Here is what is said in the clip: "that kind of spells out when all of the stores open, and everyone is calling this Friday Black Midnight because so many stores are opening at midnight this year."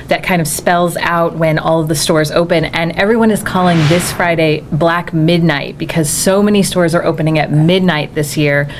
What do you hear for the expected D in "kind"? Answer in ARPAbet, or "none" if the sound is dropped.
D